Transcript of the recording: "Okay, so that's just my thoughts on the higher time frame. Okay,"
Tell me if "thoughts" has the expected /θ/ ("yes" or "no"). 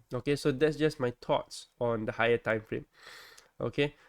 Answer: no